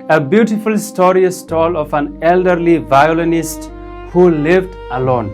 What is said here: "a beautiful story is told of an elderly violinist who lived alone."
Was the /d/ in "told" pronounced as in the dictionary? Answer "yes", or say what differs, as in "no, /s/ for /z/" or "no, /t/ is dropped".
no, /d/ is dropped